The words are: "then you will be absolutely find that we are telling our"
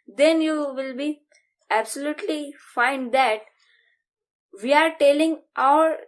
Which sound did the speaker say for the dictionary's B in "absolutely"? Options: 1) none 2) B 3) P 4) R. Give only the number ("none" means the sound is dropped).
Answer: 2